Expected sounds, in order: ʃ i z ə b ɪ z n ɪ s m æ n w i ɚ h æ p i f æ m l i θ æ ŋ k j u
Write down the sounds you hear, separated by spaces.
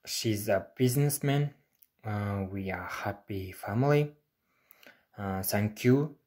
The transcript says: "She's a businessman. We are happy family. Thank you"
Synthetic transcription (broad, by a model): ʃ i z ə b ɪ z n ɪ s m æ n w i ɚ h æ p i f æ m l i s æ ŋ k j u